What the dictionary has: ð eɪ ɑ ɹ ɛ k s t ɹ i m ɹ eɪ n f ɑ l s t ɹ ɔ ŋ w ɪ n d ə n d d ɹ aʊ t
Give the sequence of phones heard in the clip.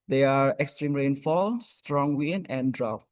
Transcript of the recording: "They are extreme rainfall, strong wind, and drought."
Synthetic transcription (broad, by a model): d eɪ ɑ ɹ ɛ k s t ɹ i m ɹ eɪ n f ɑ l s t ɹ ɔ ŋ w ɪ n ə n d d ɹ aʊ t